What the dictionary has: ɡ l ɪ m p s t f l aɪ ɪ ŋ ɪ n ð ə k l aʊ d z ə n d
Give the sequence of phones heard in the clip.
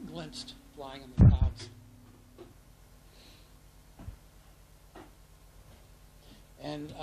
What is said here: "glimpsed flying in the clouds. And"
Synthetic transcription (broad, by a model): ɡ l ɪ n s t f l aɪ ɪ ŋ ɪ n ð ə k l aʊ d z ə n